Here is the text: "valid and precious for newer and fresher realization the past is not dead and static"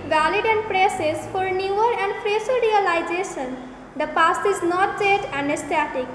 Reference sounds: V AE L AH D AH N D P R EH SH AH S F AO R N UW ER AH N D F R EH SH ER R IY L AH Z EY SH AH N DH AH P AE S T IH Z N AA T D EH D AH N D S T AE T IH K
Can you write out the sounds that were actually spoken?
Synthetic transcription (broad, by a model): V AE L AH D AH N D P R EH S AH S F AO R N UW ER AH N D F R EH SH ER R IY L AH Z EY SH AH N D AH P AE S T IH Z N AA T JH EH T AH N D S T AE T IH K